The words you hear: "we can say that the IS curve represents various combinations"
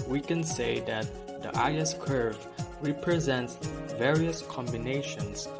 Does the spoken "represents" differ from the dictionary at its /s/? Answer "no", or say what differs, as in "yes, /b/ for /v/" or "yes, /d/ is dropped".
no